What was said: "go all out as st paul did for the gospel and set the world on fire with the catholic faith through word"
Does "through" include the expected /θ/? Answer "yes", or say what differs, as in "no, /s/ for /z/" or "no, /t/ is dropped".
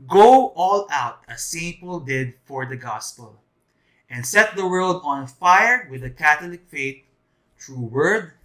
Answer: no, /t/ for /θ/